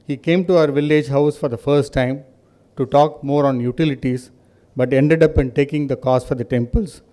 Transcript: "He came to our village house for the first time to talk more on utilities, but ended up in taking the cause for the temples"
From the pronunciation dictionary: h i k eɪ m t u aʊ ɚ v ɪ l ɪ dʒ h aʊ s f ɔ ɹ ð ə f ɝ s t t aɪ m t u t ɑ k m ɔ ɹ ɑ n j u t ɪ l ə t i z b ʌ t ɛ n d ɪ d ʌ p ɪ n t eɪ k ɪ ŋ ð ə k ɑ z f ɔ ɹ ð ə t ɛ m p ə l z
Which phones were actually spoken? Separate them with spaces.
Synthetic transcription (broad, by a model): h i k eɪ m t u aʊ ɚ v ɪ l ɪ dʒ h aʊ s f ɔ ɹ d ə f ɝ s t t aɪ m t u t ɑ k m ɔ ɹ ɑ n j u t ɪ l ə t i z b ʌ t ɛ n d ɪ d ʌ p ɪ n t eɪ k ɪ ŋ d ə k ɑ s f ɔ ɹ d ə t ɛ m p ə l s